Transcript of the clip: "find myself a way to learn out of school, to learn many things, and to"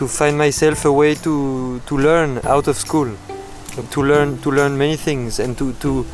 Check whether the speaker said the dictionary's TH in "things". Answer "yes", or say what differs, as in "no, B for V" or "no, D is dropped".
yes